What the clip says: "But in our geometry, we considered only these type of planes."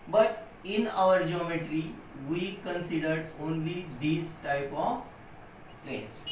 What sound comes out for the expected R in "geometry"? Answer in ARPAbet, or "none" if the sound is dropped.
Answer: R